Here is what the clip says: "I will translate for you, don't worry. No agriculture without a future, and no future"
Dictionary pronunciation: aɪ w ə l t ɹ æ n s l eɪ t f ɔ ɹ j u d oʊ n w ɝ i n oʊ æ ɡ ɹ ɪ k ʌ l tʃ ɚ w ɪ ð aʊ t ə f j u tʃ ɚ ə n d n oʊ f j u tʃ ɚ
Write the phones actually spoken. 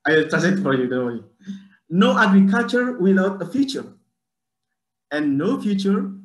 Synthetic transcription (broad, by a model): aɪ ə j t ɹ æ s eɪ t f ɔ ɹ j u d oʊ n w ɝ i n oʊ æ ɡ ɹ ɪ k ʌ l tʃ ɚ w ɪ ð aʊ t ə f j u tʃ ɚ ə n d n oʊ f j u tʃ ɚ